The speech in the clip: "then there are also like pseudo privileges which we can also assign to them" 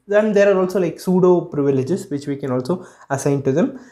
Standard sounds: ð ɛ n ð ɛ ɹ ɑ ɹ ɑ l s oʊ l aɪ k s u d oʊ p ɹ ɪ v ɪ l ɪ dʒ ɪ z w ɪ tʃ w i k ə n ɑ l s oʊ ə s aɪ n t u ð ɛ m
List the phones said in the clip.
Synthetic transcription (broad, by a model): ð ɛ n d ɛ ɹ ɑ ɹ ɑ l s oʊ l aɪ k s u d oʊ p ɹ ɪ v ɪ l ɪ dʒ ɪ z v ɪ tʃ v i k ə n ɑ l s oʊ ə s aɪ n t u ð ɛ m